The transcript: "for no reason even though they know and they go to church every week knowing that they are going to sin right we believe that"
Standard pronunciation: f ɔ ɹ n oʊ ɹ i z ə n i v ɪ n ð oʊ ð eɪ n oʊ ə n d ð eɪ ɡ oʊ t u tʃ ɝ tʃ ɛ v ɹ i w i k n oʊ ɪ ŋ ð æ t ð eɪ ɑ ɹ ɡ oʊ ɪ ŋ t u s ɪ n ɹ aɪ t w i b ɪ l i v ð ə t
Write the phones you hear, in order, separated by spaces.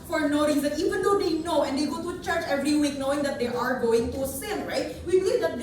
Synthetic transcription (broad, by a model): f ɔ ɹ n oʊ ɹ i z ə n i v ɪ n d oʊ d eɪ n oʊ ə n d eɪ ɡ oʊ t u tʃ ɝ tʃ ɛ v ɹ i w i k n oʊ ɪ ŋ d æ t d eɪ ɑ ɹ ɡ oʊ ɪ ŋ t u s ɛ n ɹ aɪ t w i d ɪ i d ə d